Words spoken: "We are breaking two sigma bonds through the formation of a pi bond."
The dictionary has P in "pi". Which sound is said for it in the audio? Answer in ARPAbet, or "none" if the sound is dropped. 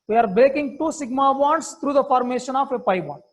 P